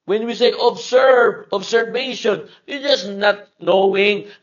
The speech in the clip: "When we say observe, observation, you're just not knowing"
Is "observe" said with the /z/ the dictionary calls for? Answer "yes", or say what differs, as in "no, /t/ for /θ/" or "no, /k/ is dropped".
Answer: no, /s/ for /z/